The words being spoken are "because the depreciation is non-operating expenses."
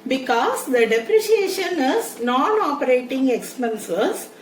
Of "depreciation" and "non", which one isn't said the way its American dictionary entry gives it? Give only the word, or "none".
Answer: none